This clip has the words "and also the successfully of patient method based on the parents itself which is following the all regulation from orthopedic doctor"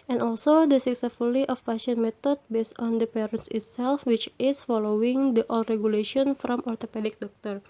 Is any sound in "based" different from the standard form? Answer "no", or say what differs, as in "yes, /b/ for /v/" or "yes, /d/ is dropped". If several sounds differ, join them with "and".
no